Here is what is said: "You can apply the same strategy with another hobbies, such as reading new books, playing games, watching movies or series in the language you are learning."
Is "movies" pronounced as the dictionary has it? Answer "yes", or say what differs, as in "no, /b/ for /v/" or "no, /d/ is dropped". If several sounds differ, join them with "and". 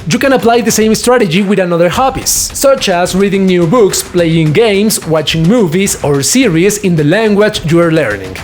no, /s/ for /z/